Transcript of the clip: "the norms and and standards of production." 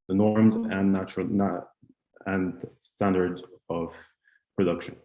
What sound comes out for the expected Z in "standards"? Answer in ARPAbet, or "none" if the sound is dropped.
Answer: Z